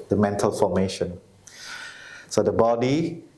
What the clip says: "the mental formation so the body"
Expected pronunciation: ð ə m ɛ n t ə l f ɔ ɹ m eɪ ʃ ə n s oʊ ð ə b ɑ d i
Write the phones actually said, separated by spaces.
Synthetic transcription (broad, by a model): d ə m ɛ n t ə l f ɔ m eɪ ʃ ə n s oʊ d ə b ɑ d i